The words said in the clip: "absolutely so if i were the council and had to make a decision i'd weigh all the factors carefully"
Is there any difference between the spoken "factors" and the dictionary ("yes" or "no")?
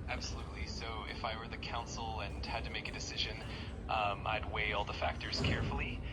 no